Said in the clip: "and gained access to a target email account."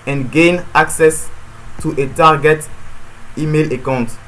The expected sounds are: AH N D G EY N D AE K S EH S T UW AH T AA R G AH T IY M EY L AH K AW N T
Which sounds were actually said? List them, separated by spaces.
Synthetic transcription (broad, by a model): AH N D G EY N AA K S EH S T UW AH T AA R G AH T IY M EY L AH K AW N T